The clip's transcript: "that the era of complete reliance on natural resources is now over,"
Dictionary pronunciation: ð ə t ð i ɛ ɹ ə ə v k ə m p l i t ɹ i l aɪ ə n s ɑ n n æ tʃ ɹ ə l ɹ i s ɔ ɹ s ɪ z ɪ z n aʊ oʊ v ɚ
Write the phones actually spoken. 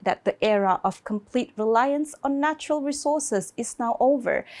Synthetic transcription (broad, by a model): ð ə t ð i ɛ ɹ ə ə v k ə m p l i t ɹ i l aɪ ə n s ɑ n n æ tʃ ɹ ə l ɹ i s ɔ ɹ s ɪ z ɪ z n aʊ oʊ v ɚ